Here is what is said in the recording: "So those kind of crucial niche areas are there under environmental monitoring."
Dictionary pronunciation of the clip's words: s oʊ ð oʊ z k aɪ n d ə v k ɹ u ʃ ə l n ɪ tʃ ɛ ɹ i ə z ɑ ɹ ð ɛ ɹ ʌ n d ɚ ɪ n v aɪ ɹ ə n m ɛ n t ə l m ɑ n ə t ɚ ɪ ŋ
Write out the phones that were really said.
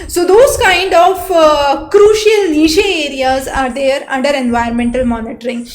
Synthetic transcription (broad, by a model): s oʊ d oʊ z k aɪ n d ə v k ɹ u ʃ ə l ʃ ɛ ɛ ɹ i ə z ɑ ɹ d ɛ ɹ ʌ n d ɚ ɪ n v aɪ ə n m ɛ n t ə l m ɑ n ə t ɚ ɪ ŋ